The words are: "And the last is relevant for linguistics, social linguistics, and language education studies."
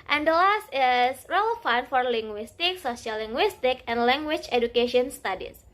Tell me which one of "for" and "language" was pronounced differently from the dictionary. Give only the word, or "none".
language